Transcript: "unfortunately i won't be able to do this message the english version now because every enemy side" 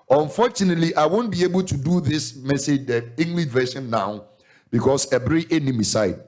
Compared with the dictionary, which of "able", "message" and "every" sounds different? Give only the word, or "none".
every